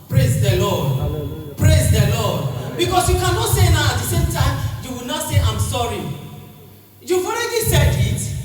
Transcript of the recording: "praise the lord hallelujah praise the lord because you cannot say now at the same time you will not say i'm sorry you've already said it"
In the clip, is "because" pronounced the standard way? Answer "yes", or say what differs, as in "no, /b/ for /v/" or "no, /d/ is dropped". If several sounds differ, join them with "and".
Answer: no, /s/ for /z/